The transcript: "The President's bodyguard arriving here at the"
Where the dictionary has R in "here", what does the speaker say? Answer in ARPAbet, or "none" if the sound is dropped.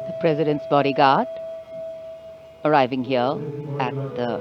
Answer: L